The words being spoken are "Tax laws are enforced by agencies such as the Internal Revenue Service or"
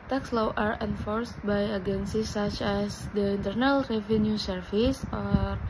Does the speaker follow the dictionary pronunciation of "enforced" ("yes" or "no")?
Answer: yes